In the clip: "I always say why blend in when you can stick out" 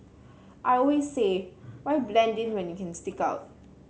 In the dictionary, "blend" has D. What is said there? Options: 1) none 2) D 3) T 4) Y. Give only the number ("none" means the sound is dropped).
2